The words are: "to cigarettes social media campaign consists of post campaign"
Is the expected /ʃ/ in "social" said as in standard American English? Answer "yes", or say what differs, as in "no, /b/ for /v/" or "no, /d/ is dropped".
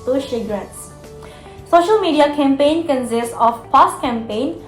yes